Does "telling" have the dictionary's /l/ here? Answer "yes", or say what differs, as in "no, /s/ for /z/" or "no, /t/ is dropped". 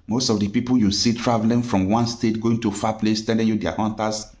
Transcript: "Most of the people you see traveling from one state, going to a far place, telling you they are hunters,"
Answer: no, /n/ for /l/